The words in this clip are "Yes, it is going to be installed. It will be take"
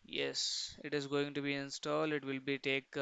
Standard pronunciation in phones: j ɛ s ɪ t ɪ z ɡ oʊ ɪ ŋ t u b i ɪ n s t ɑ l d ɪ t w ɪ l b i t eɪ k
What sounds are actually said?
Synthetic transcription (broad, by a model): j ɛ s ɪ t ɪ z ɡ oʊ ɪ ŋ t u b i ɪ n s t ɑ l d ɪ t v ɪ l b i t eɪ k